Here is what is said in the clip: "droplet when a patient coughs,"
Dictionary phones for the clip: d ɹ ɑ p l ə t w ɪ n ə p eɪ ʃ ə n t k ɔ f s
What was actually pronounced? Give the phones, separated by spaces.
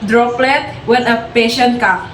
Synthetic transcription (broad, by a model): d ɹ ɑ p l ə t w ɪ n ə p eɪ ʃ ə n t k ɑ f